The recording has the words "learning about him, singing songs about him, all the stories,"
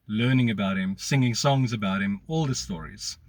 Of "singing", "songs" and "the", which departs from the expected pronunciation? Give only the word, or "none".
none